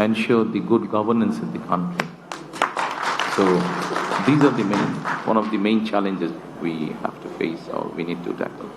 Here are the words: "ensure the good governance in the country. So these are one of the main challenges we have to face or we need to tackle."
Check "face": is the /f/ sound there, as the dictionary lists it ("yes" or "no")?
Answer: yes